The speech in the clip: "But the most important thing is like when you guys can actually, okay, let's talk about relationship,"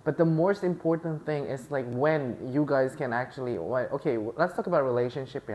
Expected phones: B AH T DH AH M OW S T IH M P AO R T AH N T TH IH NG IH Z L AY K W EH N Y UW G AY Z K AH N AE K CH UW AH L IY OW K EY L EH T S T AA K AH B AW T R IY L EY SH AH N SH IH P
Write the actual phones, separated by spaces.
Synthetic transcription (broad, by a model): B AH T DH AH M OW S T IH M P AO R T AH N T TH IH NG IH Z L AY K W EH N Y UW G AY Z K AH N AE K CH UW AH W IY OW K EY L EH T S T AA K AH B AW T R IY L EY SH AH N SH IH P